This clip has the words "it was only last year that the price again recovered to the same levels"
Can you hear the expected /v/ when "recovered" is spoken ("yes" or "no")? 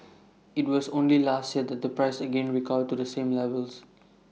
no